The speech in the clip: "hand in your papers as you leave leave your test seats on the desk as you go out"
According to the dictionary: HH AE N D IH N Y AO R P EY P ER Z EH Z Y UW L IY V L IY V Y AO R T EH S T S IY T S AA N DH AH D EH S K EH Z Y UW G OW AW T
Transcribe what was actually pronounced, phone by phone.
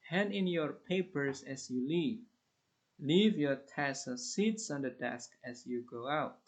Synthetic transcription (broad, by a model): HH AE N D IH N Y AO R P EY P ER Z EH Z Y UW L IY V L IY V Y AO R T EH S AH S IY T S AA N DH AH D EH S K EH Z Y UW G OW AW T